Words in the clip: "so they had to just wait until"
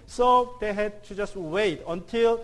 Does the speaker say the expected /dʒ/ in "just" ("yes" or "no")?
yes